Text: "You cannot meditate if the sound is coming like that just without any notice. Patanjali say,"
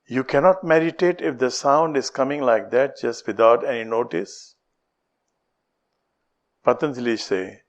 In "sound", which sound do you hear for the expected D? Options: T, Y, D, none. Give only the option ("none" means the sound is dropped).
D